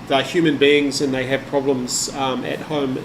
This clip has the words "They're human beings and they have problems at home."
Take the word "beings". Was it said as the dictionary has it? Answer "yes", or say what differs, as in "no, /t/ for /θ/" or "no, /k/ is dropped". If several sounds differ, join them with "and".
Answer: yes